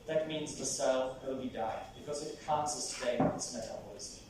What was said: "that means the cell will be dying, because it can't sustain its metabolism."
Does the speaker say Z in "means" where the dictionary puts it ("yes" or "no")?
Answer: yes